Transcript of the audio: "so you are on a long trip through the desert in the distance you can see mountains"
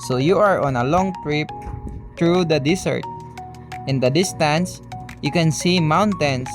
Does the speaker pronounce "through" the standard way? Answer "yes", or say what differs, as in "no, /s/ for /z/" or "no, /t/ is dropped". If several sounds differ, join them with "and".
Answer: no, /t/ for /θ/